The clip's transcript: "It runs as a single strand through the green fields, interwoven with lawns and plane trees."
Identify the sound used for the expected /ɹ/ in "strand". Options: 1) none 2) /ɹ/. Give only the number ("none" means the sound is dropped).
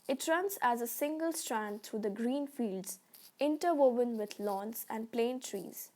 2